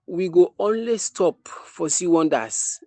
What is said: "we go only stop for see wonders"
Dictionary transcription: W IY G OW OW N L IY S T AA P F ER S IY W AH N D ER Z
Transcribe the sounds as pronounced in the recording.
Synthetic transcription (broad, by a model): W IY G OW OW N L IY S T AA P F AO S IY W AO N D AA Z